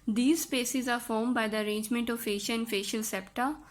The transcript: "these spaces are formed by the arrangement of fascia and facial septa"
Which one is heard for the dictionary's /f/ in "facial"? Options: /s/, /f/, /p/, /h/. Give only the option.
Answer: /f/